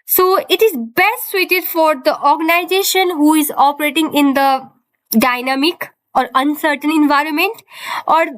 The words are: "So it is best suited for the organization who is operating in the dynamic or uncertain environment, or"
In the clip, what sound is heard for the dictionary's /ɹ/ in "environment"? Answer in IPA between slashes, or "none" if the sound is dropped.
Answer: /ɹ/